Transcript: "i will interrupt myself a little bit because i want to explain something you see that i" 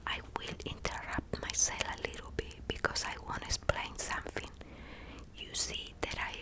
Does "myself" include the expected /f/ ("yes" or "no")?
no